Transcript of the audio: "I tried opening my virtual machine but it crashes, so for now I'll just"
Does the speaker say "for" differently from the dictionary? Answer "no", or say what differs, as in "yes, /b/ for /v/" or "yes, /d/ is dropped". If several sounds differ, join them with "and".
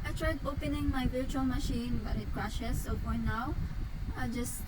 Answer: yes, /p/ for /f/